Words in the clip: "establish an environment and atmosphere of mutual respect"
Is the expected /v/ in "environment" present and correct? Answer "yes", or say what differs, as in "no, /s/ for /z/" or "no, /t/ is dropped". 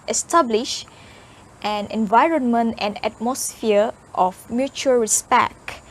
yes